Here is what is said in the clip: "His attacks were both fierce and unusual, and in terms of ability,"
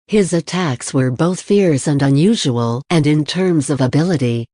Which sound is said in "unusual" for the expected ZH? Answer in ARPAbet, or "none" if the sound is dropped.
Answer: ZH